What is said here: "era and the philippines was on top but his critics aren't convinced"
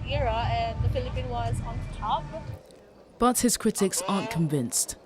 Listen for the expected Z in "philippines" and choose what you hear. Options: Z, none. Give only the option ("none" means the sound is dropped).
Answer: none